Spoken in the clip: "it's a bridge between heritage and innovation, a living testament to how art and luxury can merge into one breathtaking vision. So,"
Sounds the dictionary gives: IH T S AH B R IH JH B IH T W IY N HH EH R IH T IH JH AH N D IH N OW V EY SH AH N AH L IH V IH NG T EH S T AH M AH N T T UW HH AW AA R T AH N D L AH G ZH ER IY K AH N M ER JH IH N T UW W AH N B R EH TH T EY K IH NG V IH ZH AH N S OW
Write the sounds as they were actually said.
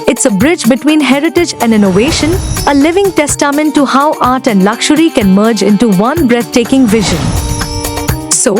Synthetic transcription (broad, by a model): IH T S AH B R IH JH B IH T W IY N HH EH R IH T IH JH AH N D IH N OW V EY SH AH N AH L IH V IH NG T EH S T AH M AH N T T UW HH AW AA R T AH N D L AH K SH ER IY K AH N M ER JH IH N T UW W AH N B R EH T T EY K IH NG V IH ZH AH N S OW